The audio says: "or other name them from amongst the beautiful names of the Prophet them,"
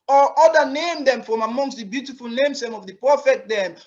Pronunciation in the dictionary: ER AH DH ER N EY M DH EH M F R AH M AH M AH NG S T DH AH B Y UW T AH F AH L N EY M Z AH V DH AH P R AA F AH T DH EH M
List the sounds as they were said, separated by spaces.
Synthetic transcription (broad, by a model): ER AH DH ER N EY M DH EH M F R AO M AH M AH NG S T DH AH B Y UW T AH F AH L N EY M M AH V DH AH P AA F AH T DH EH M